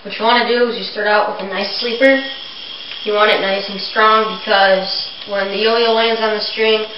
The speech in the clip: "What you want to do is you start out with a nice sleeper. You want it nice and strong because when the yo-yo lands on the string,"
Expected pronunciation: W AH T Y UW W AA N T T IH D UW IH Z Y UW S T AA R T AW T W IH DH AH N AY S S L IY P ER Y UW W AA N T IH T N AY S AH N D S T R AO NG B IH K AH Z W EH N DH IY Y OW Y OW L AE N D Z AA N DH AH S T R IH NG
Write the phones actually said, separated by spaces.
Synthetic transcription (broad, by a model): W AH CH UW W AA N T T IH D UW IH Z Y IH S T AA R T AW T W IH DH AH N AY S S L IY P ER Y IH W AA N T IH T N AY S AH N S T R AO NG B IH K AH Z W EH N DH IY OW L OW L AE N D Z N DH AH S T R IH NG